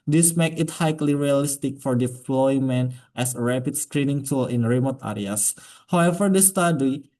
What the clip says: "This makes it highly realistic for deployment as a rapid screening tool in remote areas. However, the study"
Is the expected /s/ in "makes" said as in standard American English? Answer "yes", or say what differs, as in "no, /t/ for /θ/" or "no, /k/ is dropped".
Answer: no, /s/ is dropped